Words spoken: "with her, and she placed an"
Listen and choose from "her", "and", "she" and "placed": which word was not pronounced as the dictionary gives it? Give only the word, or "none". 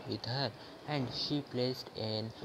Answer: none